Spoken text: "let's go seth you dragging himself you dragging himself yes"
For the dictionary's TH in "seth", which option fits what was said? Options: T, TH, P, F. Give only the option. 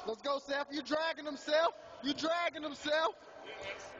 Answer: F